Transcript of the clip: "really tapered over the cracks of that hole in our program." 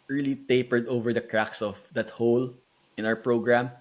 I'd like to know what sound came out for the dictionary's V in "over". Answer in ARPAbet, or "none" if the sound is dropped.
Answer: V